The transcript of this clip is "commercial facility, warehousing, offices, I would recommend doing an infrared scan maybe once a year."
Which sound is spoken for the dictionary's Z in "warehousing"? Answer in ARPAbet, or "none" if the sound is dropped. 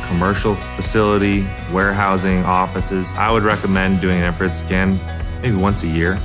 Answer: Z